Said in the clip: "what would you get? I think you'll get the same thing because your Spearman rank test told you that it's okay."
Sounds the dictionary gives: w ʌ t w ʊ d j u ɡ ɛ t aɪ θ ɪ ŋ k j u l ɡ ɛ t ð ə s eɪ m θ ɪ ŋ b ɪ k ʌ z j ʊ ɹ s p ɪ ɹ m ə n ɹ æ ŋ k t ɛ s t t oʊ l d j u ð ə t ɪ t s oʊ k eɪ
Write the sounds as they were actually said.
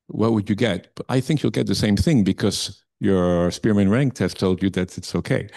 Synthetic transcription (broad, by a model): w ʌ t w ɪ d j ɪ ɡ ɛ t aɪ θ ɪ ŋ k j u l ɡ ɛ t ð ə s eɪ m θ ɪ ŋ b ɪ k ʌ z j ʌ ɹ s p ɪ ɹ m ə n ɹ æ ŋ k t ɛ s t t oʊ l d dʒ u ð ə t ɪ t s oʊ k eɪ